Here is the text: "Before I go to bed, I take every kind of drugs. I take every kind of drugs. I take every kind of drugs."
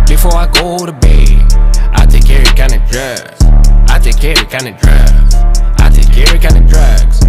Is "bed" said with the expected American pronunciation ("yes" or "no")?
no